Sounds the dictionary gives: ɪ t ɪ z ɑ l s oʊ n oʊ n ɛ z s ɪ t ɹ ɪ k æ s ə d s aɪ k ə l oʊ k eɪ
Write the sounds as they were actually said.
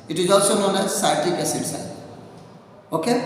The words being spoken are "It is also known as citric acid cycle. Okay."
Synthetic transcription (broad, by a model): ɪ t ɪ z ɑ l s oʊ n oʊ n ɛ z s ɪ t ɪ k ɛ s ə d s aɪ ə oʊ k eɪ